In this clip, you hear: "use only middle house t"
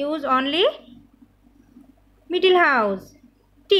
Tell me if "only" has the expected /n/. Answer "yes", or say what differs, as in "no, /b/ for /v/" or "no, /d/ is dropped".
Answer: yes